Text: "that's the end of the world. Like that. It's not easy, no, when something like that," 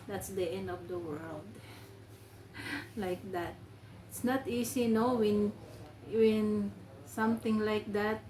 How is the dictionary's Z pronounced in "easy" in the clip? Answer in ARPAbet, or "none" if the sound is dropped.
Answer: S